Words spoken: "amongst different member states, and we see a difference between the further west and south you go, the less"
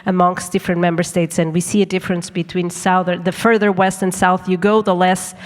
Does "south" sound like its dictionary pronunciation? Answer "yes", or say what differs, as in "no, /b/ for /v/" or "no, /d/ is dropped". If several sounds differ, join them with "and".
yes